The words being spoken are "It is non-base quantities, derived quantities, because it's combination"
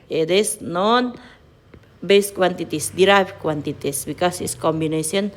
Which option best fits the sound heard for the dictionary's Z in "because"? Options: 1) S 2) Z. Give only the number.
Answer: 1